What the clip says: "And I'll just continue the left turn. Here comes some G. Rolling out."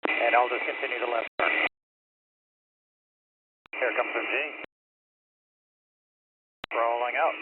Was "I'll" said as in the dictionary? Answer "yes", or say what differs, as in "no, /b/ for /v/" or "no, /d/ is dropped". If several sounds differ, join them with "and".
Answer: yes